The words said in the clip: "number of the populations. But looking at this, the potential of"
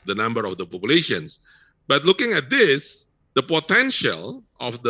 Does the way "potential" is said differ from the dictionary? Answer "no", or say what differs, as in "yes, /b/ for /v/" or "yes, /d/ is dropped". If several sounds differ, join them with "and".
no